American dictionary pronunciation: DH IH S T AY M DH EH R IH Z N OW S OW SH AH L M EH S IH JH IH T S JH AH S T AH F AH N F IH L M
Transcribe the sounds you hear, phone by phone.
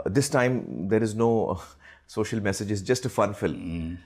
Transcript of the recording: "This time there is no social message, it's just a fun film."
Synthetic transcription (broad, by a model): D IH S T AY M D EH R IH Z N OW S OW SH AH L M EH S IH JH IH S JH AH S T AH F AH N F IH L M